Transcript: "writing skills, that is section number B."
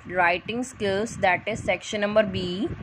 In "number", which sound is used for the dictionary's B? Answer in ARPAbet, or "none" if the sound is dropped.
B